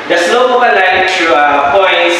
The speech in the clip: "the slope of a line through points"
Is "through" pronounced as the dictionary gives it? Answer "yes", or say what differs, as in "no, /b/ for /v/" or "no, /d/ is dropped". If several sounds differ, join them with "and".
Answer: no, /t/ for /θ/